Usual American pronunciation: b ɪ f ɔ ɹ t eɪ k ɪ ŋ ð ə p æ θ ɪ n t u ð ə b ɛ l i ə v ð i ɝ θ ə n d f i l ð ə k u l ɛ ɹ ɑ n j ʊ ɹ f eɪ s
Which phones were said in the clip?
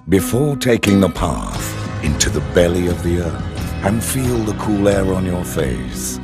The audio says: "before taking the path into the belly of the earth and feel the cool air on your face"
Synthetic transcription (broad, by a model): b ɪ f ɔ ɹ t eɪ k ɪ ŋ ð ə p æ θ ɪ n t u ð ə b ɛ l i ə v ð i ɝ θ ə n f i l ð ə k u l ɛ ɹ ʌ n j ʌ ɹ f eɪ s